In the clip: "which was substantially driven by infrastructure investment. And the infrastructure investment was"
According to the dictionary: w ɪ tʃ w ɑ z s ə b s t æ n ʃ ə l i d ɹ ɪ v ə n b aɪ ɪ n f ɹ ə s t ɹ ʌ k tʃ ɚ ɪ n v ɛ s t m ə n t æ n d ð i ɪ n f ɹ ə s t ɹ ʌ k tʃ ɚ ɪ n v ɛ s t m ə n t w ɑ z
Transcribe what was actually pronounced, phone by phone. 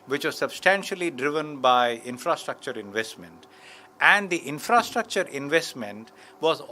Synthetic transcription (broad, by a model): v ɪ tʃ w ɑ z s ə b s t æ n ʃ ə l i d ɹ ɪ v ə n b aɪ ɪ n f ɹ ə s t ɹ ʌ k tʃ ɚ ɪ n v ɛ s t m ə n t æ n d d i ɪ n f ɹ ə s t ɹ ʌ k tʃ ɚ ɪ n v ɛ s t m ə n t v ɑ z